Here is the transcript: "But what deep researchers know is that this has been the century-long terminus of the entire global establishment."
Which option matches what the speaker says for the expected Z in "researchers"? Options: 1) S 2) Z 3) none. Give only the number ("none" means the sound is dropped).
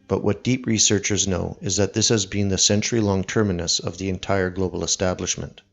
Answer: 2